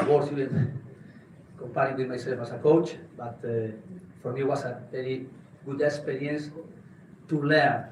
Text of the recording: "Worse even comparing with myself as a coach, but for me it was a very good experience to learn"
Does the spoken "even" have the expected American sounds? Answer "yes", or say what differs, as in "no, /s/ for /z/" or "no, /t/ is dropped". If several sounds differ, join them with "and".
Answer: no, /w/ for /v/